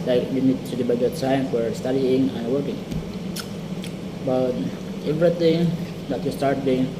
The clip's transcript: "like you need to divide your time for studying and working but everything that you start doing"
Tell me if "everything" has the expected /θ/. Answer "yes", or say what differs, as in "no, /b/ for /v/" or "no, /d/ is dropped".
no, /t/ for /θ/